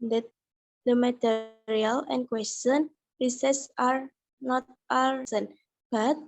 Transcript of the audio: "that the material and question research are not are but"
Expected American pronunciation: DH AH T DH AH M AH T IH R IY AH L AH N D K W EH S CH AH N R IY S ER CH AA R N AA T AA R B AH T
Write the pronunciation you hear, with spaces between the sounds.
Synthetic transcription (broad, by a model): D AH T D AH M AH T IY R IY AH L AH N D K W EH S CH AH N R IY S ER S AA R N AA T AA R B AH T